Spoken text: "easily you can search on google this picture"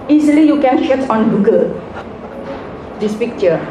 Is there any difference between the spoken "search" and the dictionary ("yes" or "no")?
yes